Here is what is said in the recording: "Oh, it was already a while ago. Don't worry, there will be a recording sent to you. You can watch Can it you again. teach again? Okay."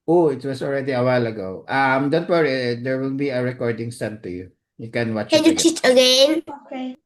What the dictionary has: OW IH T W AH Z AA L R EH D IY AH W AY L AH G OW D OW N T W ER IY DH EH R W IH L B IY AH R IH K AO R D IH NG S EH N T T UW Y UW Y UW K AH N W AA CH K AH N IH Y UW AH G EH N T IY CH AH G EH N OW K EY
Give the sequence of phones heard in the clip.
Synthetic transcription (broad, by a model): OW IH T W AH S AA L R EH D IY AH W AY L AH G OW D OW N T W ER IY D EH R W IH L B IY AH R IH K AO R D IH NG S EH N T T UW Y UW Y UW K AH N W AA CH K AH N Y UW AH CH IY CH AH G EH N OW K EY